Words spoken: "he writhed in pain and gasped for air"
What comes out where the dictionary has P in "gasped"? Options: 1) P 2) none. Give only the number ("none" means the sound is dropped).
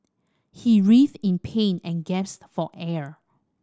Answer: 2